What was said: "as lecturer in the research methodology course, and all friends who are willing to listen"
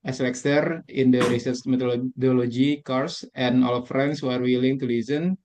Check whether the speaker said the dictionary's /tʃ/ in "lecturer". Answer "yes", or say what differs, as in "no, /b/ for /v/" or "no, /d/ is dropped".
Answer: no, /s/ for /tʃ/